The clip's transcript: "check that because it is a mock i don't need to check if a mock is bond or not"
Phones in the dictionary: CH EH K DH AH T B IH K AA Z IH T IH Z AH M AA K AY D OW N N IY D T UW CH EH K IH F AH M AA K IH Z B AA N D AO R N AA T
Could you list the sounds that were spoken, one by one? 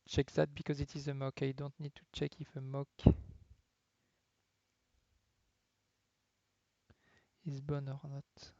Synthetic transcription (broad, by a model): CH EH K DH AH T B IH K AA Z IH T IH Z AH M AA K AY D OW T N IY D T UW CH EH K IH F AH M AA K IH Z B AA N AO R N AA T